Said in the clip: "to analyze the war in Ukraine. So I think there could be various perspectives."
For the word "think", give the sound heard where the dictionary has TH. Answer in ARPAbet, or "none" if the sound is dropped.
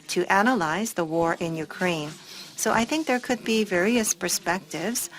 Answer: TH